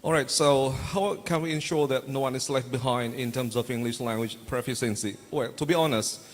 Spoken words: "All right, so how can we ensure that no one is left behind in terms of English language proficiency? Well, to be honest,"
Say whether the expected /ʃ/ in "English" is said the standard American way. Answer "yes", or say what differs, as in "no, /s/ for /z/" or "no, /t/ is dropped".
yes